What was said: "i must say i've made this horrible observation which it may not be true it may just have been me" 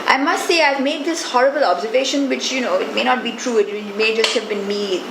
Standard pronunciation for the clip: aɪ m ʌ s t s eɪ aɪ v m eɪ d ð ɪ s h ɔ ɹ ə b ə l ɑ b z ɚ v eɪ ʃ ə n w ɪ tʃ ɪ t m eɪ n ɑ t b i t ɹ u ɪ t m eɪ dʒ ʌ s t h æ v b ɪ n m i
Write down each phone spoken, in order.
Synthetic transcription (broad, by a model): aɪ m ʌ s t s eɪ aɪ v m eɪ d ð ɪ s h ɔ ɹ ə b ə l ɑ b z ɚ v eɪ ʃ ə n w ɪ tʃ ɪ t m eɪ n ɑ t b i t ɹ u ɪ t m eɪ dʒ ʌ s t h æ v b ɪ n m i